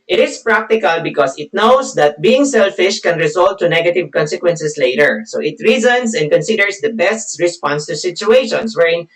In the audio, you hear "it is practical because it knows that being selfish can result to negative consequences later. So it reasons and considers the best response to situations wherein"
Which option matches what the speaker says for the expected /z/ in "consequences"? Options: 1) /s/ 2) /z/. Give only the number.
1